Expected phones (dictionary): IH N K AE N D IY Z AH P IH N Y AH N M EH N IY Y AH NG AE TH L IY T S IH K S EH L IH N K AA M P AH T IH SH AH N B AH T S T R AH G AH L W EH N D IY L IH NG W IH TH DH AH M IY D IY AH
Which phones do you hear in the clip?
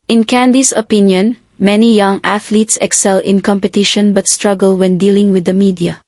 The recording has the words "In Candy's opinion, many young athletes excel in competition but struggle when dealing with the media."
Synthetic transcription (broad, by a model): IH N K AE N D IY S AH P IH N Y AH N M EH N IY Y AH NG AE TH L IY T S IH K S EH L IH N K AA M P AH T IH SH AH N B AH T S T R AH G AH L W EH N D IY L IH NG W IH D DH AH M IY D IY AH